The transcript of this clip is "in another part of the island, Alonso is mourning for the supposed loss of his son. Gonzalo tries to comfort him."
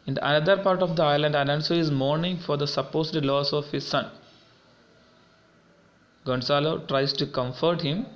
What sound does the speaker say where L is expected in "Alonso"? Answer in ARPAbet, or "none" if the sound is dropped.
N